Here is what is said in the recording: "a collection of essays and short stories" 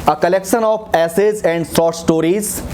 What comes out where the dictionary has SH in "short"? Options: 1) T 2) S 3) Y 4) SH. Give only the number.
2